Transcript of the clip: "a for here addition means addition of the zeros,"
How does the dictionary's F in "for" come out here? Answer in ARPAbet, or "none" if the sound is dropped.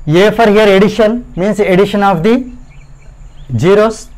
F